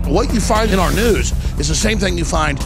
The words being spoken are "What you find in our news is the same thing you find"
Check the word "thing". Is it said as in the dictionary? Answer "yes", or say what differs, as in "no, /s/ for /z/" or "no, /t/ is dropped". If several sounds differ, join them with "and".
yes